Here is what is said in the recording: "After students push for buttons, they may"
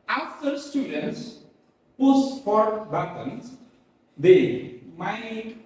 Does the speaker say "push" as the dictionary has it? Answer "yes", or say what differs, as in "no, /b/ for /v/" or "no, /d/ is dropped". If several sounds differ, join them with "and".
no, /s/ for /ʃ/